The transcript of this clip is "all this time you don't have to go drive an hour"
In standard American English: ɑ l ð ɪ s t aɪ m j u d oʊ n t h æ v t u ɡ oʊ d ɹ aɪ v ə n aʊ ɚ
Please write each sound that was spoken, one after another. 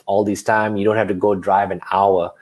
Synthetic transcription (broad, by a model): ɑ l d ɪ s t aɪ m j u d oʊ n t h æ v t u ɡ oʊ d ɹ aɪ v ə n aʊ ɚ